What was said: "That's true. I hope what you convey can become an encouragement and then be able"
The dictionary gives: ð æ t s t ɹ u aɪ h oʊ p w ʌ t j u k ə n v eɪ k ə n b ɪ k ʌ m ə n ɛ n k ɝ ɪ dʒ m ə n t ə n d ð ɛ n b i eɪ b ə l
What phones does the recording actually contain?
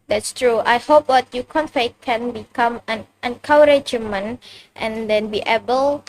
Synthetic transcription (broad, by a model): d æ t s t ɹ u aɪ h oʊ p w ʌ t j u k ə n f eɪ k ə n b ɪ k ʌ m ə n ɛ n k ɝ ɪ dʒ m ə n t ə n d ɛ n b i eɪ b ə l